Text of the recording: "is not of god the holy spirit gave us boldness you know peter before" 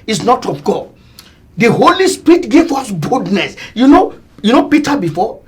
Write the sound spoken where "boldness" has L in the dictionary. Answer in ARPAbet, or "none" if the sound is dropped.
none